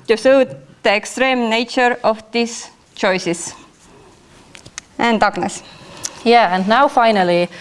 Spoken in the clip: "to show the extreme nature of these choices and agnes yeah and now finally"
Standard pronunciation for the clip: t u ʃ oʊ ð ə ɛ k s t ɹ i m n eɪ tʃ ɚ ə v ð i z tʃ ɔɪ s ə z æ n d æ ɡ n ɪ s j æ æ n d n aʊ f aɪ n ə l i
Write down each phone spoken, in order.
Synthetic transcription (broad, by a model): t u s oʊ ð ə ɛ k s t ɹ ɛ m n eɪ tʃ ɚ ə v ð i s tʃ ɔɪ s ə s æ n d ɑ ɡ n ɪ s j æ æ n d n aʊ f aɪ n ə l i